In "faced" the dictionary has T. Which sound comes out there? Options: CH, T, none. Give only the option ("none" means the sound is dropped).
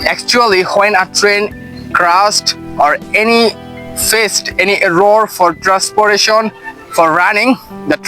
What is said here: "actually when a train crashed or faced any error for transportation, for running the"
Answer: T